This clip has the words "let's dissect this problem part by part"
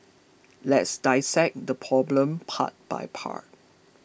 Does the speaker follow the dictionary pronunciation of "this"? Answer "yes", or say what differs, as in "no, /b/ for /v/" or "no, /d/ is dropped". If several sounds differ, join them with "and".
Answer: no, /s/ is dropped